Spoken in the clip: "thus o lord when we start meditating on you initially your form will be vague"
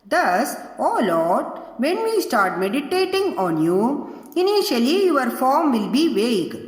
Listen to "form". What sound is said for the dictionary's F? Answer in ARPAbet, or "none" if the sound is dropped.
F